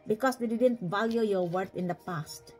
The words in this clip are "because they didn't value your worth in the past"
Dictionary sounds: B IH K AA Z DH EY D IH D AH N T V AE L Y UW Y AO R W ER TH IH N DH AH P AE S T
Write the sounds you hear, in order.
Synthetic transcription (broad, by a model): B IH K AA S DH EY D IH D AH N T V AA L Y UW Y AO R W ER T IH N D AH P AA S T